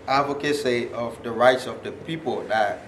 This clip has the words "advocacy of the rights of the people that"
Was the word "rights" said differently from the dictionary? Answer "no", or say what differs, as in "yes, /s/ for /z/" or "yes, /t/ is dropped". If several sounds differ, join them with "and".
no